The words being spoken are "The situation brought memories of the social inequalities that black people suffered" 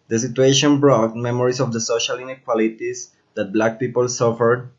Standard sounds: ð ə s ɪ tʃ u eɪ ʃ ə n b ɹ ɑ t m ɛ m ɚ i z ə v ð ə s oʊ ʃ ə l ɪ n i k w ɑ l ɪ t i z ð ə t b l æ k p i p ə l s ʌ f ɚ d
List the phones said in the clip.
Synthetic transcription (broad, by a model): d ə s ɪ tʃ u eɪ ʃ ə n b ɹ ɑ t m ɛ m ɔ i s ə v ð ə s oʊ ʃ ə l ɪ n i k w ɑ l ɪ t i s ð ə t b l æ k p i p ə l s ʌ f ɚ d